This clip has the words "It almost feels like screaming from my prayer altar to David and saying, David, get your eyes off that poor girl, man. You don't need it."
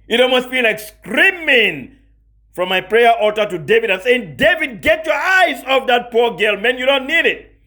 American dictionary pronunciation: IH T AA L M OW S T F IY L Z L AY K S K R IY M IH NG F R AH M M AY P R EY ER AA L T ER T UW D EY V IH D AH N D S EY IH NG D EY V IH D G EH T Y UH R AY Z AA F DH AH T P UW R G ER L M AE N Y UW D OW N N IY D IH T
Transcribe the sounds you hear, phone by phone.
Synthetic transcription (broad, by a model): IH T AA L M OW S T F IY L L AY K S K R IY M IH NG F R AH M M AY P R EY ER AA T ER T UW D EY V IH D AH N S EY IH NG D EY V IH D G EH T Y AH R AY Z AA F DH AH T P UW R G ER L M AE N Y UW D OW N N IY D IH T